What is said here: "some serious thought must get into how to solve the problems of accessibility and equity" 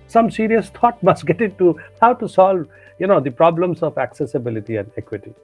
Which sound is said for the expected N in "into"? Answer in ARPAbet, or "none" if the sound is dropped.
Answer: none